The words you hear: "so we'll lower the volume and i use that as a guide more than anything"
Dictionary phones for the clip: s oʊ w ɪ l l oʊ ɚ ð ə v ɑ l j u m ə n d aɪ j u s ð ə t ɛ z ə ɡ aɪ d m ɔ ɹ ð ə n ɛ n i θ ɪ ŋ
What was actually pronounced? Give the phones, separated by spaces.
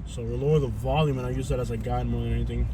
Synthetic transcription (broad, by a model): s oʊ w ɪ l l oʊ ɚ ð ə v ɑ l j u m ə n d aɪ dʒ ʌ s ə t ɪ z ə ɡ aɪ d m ɔ ɹ ð ə n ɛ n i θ ɪ ŋ